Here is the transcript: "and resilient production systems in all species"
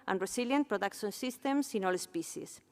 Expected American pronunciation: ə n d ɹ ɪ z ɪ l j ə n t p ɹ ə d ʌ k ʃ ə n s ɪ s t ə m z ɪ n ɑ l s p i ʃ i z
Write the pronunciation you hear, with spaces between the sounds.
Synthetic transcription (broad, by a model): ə n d ɹ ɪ s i l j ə n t p ɹ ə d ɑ k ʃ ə n s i s t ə m s ɪ n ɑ l s p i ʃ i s